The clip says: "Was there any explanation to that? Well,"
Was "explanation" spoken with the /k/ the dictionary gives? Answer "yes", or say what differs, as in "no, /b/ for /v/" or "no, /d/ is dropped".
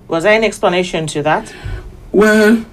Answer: yes